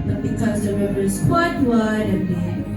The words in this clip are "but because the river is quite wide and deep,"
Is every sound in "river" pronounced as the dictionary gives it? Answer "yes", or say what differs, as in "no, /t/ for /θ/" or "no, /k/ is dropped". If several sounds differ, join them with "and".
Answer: no, /b/ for /v/